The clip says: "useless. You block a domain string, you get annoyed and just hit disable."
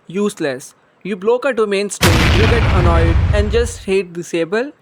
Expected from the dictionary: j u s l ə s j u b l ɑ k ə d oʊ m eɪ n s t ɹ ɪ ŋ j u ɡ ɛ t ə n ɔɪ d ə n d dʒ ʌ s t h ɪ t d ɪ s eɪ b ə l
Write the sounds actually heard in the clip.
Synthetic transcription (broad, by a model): j u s l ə s j u b l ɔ k ə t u m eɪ n s t ɪ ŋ j u ɡ ɛ t ə n ɔɪ d ə n d dʒ ʌ s t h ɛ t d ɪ s eɪ b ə l